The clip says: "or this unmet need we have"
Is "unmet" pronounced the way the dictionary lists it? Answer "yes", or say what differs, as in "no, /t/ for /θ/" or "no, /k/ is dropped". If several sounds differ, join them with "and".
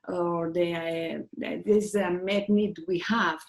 no, /n/ is dropped